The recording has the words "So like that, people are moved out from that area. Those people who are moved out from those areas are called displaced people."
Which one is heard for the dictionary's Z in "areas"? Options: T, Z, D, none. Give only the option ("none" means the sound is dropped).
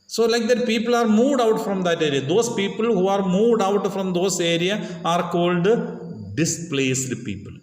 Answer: none